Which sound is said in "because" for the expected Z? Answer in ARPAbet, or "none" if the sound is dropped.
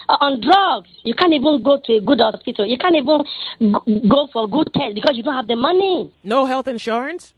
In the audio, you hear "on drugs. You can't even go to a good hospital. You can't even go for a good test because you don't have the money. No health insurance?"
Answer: S